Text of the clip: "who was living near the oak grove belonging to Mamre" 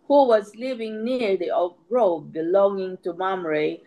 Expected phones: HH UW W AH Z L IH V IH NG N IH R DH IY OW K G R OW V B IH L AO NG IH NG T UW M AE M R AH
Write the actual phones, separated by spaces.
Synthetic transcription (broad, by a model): HH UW W AH Z L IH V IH NG N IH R DH IY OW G R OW B B IH L AO NG IH NG T UW M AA M R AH